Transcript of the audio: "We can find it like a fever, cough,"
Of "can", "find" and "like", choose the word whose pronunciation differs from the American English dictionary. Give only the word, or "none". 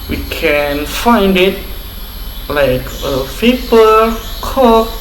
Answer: none